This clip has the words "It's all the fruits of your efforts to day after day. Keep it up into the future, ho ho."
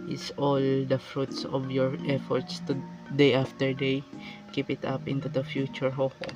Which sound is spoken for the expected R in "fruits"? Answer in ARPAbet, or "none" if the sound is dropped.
R